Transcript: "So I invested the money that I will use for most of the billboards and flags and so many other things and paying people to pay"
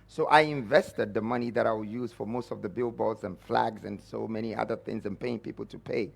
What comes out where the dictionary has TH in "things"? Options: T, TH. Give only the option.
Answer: TH